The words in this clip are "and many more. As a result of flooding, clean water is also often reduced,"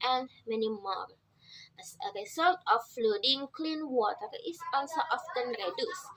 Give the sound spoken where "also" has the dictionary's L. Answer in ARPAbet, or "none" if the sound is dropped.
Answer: N